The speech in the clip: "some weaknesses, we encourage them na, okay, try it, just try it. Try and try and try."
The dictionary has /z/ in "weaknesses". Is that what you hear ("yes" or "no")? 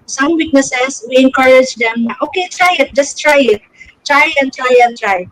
no